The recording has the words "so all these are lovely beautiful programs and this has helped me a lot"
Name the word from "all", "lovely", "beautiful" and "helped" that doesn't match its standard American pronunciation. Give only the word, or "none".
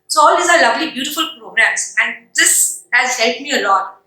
helped